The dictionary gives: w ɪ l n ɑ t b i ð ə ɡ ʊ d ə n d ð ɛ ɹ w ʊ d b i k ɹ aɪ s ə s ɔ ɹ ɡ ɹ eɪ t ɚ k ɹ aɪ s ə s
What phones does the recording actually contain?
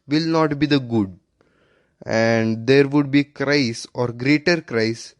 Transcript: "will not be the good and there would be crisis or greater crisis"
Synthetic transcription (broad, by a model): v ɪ l n ɑ t b i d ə ɡ ʊ d ə n d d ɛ ɹ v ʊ d b i k ɹ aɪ ə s ɔ ɹ ɡ ɹ eɪ t ɚ k ɹ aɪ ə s